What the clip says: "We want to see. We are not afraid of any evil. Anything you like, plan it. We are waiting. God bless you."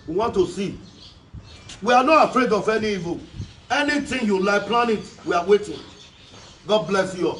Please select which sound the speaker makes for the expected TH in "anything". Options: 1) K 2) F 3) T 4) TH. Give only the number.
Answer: 3